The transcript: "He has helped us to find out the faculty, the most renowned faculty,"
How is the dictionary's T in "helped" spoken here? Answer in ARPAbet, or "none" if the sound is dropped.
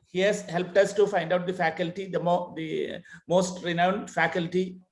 T